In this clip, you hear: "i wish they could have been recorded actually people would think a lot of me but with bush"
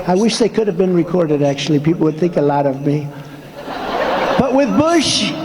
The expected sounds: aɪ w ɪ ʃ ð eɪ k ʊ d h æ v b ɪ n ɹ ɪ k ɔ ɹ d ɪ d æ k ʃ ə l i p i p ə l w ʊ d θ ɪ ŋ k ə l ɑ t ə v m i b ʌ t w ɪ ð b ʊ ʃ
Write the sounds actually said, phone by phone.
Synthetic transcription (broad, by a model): aɪ w ɪ ʃ ð eɪ k ʊ d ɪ v b ɪ n ɹ ɪ k ɔ ɹ d ɪ d æ k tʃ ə l i p i p l w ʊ d θ ɪ ŋ k ə l ɑ t ə v m i b ʌ t w ɪ ð b ʊ ʃ